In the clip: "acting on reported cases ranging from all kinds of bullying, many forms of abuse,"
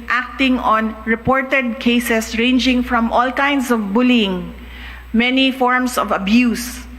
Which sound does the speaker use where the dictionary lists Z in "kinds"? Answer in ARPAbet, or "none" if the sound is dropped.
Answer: S